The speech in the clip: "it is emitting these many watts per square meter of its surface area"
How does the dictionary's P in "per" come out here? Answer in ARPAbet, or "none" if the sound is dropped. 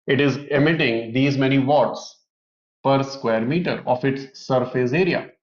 P